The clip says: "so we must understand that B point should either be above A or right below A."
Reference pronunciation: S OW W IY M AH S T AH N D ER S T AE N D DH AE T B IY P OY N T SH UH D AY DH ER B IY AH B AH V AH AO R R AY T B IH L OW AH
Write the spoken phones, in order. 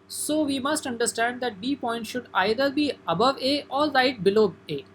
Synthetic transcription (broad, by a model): S OW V IY M AH S T AH N D ER S T AE N D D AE T B IY P OY N T SH UH D AY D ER B IY AH B AH V AH AO R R AY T B IH L OW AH